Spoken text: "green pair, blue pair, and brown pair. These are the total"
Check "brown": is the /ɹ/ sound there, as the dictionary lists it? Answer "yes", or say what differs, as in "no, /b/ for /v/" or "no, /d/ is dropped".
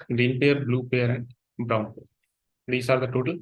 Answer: yes